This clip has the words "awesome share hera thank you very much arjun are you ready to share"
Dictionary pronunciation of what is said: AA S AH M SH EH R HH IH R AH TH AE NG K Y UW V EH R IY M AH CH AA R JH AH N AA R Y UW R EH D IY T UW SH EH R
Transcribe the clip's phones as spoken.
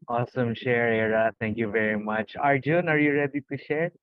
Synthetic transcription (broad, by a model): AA S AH M SH EH R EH R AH T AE NG K Y UW V EH R IY M AH CH AA R JH AH N AA R Y UW R EH D IY T UW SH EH R